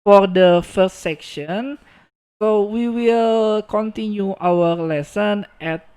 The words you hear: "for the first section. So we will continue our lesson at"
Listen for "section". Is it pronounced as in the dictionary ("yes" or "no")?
yes